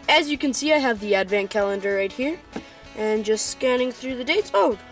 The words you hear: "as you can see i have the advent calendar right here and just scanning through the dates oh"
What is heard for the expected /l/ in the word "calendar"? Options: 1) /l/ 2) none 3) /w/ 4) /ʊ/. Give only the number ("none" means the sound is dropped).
1